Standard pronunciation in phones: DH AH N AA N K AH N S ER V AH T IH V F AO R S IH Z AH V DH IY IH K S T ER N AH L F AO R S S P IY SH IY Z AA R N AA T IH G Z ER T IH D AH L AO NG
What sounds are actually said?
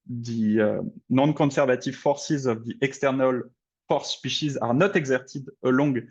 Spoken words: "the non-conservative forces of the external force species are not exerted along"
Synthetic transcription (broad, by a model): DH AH N AA N K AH S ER V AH T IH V F AO R S IH Z AH V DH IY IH K S T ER N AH L F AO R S S P IY SH IY Z AA R N AA T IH G Z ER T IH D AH L AO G